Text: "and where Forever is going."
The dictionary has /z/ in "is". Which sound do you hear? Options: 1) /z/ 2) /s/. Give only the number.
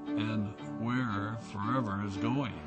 1